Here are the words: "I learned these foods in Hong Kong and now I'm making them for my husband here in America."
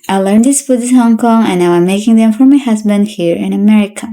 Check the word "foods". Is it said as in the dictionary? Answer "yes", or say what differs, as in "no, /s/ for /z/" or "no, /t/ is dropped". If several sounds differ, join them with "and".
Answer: no, /z/ is dropped